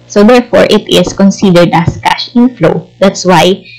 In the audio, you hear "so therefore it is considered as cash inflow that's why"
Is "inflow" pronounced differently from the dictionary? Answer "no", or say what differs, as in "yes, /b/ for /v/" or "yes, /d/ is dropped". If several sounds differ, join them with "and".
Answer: no